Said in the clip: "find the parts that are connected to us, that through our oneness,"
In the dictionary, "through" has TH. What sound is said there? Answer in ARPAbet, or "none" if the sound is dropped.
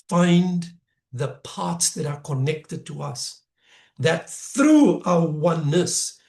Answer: TH